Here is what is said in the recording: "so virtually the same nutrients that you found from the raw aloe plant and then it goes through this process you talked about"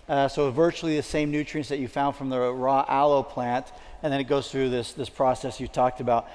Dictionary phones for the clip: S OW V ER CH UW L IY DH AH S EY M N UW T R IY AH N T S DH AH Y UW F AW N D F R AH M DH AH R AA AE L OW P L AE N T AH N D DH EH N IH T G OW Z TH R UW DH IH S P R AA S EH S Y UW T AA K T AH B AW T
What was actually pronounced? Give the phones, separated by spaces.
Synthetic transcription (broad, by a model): S OW V ER CH UW L IY DH AH S EY M N UW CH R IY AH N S DH AH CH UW F AW N D F R AH M DH AH R AA AE L OW P L AE N T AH N DH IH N IH T G OW Z TH R UW DH IH S P R AA S EH S Y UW T AA K T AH B AW T